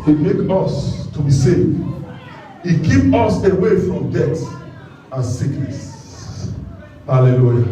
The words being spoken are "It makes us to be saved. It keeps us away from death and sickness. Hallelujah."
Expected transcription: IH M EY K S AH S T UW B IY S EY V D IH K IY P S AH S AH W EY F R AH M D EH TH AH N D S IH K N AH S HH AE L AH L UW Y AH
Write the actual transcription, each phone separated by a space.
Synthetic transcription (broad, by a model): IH M EY K AH S T UW B IY S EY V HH IH K IY P AO S AH W EY F R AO M D EH T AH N S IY K N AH S HH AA L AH L UW Y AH